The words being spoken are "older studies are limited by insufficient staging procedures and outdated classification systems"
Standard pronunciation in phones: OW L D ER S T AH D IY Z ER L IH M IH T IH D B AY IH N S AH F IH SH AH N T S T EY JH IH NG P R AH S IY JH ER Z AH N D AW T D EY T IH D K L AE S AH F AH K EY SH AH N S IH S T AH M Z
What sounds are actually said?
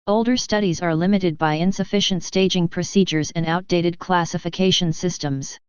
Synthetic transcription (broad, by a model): OW L D ER S T AH D IY Z ER L IH M IH T IH D B AY IH N S AH F IH SH AH N T S T EY JH IH NG P R AH S IY JH ER Z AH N AW T D EY T IH D K L AE S AH F AH K EY SH AH N S IH S T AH M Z